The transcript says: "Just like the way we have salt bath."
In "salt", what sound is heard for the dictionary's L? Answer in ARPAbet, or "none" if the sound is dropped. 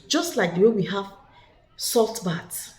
L